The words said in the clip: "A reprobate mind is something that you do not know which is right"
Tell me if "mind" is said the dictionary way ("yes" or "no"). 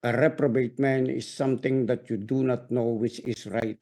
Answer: no